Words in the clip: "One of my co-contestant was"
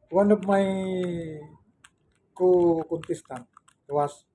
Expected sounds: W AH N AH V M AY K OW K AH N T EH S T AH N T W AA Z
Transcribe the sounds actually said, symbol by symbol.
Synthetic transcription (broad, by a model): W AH N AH P M AY K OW K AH N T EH S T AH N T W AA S